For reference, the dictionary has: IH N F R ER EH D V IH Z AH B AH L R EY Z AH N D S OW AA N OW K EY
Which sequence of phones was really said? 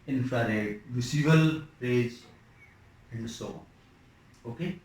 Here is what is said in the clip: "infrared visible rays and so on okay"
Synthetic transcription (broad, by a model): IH N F R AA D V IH S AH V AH L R EY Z AH N D S OW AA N OW K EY